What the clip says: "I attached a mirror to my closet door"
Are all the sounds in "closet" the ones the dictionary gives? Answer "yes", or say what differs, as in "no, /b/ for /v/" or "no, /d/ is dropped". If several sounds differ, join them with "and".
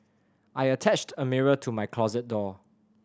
yes